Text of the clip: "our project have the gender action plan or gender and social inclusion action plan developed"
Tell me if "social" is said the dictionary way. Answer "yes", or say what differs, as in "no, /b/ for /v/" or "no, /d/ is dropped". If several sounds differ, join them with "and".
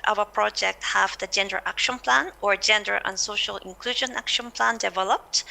yes